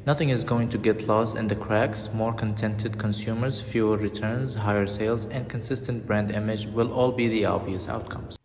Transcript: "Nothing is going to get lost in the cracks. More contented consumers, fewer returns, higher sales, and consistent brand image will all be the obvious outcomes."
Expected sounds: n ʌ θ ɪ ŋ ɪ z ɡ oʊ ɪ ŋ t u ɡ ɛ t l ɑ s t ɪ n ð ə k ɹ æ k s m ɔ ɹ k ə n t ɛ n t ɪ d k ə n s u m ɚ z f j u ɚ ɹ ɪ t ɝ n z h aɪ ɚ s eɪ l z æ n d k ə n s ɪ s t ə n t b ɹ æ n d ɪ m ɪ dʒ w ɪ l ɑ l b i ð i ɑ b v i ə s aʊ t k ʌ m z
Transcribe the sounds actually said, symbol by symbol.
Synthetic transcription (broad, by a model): n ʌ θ ɪ ŋ ɪ z ɡ oʊ ɪ ŋ t u ɡ ɛ t l ɑ s t ɪ n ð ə k ɹ æ k s m ɔ ɹ k ə n t ɛ n t ɪ d k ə n s u m ɚ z f j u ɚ ɹ ɪ t ɝ n z h aɪ ɚ s eɪ l z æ n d k ə n s ɪ s t ə n t b ɹ æ n d ɪ m ɪ dʒ w ɪ l ɑ l b i ð i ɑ v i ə s aʊ t k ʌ m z